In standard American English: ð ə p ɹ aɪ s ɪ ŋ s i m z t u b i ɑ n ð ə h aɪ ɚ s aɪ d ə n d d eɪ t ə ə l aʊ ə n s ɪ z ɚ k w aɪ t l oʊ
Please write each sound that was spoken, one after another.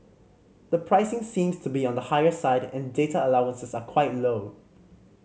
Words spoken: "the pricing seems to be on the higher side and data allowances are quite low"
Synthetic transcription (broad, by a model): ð ə p ɹ aɪ s ɪ ŋ s i m s t u b i ɑ n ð ə h aɪ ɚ s aɪ d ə n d d eɪ t ə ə l aʊ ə n s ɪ s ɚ k w aɪ t l oʊ